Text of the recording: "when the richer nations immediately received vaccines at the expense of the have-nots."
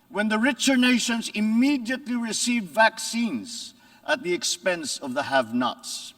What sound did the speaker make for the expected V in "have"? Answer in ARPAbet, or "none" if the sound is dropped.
V